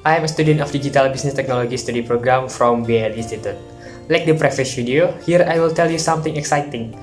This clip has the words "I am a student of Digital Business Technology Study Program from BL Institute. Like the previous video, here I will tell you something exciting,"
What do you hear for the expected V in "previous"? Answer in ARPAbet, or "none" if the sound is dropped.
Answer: F